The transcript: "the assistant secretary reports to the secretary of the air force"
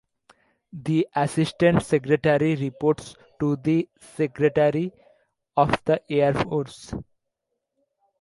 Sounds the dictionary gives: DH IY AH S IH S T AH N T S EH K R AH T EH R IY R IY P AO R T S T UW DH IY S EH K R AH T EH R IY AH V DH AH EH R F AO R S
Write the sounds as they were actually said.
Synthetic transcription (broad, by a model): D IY AH S IH S T AH N T S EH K R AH T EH R IY R IY P AO R T S T UW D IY S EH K R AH T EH R IY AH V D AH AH R F AO R S